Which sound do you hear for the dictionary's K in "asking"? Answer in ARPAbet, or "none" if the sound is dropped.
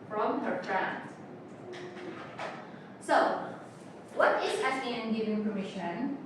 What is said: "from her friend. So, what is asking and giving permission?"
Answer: none